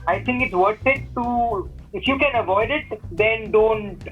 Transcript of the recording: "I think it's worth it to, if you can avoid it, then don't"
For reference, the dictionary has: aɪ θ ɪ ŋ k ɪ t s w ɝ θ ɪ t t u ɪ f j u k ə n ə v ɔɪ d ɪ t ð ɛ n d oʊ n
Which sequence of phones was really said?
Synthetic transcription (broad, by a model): aɪ t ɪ ŋ k ɪ t s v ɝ t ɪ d t u ɪ f j u k ə n ə v ɔɪ d ɪ t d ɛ n d oʊ n